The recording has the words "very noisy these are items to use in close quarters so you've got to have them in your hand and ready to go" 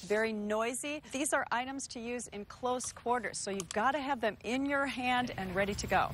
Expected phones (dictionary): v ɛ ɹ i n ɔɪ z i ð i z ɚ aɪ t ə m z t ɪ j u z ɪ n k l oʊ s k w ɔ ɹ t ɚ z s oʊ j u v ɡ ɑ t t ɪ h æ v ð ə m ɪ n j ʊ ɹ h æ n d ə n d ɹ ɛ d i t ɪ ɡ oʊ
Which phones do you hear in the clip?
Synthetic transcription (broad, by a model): v ɛ ɹ i n ɔɪ z i ð i z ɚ aɪ t ə m z t ɪ j u z ɪ n k l oʊ s k w ɔ ɹ t ɚ z s oʊ j u v ɡ ɑ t t ɪ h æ v ð ə m ɪ n j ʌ ɹ h æ n d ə n ɹ ɛ d i t ɪ ɡ oʊ